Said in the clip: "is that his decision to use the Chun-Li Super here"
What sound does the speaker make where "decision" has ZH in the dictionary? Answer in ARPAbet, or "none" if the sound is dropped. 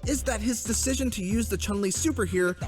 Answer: ZH